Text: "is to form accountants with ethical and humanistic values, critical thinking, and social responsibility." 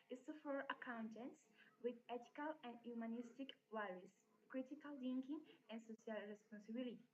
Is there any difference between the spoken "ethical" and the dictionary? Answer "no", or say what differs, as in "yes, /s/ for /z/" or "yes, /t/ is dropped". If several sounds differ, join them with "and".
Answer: yes, /t/ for /θ/